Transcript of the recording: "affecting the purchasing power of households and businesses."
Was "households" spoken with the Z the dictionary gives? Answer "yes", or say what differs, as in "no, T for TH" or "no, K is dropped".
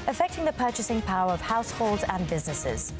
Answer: yes